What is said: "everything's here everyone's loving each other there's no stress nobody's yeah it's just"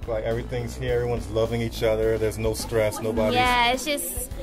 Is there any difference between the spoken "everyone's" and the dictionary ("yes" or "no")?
no